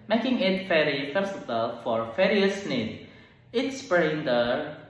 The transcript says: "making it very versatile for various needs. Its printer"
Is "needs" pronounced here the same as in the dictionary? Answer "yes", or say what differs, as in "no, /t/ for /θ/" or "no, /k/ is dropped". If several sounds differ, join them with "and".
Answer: no, /z/ is dropped